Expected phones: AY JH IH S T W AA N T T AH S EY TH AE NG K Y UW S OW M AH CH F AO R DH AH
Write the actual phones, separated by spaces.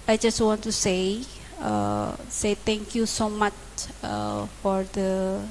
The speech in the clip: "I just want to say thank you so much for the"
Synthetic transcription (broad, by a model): AY JH IH S T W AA N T S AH S EY T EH NG K Y UW S OW M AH CH F AO R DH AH